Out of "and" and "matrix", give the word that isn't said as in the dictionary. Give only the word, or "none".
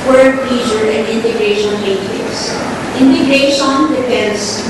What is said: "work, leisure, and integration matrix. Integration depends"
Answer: matrix